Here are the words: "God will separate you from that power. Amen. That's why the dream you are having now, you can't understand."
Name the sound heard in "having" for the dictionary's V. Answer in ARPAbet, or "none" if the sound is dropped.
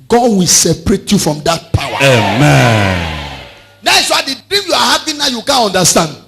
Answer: P